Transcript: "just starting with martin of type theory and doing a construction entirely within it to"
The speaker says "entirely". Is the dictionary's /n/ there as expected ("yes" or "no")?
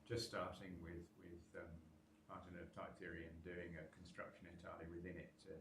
no